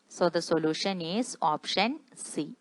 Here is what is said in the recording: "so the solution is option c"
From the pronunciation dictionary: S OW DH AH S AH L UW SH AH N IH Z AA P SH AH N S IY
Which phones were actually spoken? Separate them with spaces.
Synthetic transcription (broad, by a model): S OW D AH S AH L UW SH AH N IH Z AA P SH AH N S IY